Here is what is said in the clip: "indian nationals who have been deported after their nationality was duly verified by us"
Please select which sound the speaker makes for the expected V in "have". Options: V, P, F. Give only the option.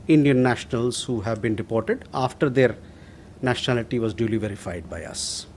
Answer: V